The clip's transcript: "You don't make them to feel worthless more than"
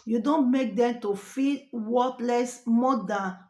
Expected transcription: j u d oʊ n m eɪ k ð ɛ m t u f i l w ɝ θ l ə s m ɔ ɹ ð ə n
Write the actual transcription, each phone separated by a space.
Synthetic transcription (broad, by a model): j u d oʊ n m eɪ k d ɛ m t u f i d w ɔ t l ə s m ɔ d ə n